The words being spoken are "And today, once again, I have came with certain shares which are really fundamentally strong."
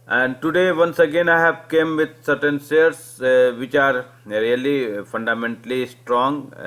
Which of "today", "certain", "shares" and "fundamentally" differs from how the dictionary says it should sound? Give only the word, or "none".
shares